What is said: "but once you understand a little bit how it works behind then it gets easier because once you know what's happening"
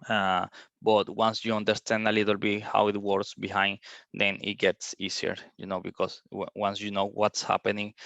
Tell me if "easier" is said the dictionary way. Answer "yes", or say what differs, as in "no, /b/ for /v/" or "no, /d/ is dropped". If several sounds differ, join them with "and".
no, /s/ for /z/